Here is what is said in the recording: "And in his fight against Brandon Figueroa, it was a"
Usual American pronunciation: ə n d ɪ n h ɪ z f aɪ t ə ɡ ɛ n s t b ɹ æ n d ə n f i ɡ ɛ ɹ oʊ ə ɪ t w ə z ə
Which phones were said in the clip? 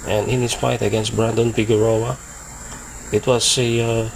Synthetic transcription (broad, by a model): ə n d ɪ n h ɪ s f aɪ t ə ɡ ɛ n s t b ɹ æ n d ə n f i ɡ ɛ ɹ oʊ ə ɪ t w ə s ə